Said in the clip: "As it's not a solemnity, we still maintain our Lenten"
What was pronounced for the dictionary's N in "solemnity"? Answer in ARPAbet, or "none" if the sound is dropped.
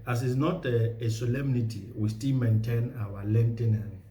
N